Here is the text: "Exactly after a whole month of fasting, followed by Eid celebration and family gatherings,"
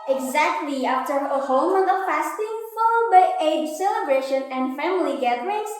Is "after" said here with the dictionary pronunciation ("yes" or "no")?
yes